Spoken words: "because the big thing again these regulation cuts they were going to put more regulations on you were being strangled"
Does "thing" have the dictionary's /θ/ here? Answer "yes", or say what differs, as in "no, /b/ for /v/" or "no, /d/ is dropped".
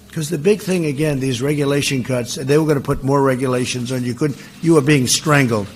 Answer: yes